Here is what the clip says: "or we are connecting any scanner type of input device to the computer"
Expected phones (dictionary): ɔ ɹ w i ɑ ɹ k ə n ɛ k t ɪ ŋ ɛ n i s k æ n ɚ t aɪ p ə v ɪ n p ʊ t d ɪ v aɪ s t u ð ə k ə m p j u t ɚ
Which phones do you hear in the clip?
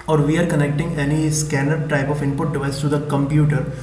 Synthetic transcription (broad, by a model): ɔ ɹ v i ɑ ɹ k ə n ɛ k t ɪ ŋ ɛ n i s k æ n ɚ t aɪ p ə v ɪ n p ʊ t d ɪ v aɪ s t u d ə k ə m p j u t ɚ